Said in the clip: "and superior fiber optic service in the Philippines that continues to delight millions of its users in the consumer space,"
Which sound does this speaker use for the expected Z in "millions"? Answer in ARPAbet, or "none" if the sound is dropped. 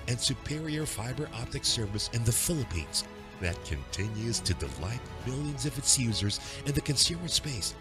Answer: Z